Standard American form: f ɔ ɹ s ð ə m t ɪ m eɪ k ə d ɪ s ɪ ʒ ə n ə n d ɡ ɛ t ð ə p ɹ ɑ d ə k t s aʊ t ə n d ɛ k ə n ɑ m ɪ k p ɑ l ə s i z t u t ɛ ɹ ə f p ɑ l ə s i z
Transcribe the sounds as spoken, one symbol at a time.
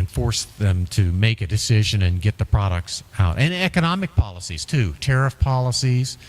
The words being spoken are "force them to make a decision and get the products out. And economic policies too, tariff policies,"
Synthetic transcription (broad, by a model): f ɔ ɹ s ð ə m t ɪ m eɪ k ə d ɪ s ɪ ʒ ə n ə n ɡ ɛ t ð ə p ɹ ɑ d ə k t s aʊ t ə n ɛ k ə n ɑ m ɪ k p ɑ l ə s i z t u t ɛ ɹ ə f p ɑ l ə s i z